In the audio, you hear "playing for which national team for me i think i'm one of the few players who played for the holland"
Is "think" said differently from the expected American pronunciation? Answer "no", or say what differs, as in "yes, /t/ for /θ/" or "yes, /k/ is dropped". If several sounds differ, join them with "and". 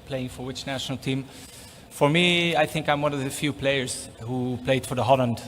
no